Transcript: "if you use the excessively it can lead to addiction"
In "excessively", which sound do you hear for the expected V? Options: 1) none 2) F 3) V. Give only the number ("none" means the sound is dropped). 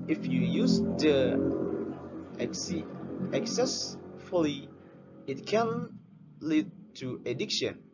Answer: 1